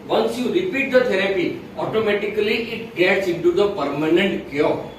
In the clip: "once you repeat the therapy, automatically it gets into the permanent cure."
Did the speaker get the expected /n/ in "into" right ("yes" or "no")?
yes